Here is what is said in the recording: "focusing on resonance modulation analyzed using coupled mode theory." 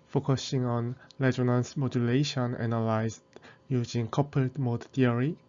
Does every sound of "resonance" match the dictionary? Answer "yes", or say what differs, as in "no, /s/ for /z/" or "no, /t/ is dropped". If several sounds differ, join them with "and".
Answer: no, /l/ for /ɹ/